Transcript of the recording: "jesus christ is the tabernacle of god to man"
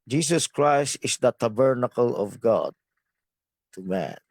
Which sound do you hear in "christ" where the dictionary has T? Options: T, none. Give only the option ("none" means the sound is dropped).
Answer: T